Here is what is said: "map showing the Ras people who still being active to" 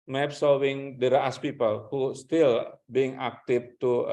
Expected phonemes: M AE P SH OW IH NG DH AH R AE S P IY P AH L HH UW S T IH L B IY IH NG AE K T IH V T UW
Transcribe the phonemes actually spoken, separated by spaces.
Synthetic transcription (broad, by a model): M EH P S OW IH NG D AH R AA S P IY P AH L HH UW S T IH L B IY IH NG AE K T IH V T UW